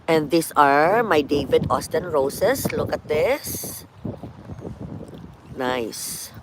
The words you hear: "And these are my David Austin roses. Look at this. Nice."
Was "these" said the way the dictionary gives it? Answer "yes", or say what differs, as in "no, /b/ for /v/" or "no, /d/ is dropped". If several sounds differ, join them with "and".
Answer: no, /s/ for /z/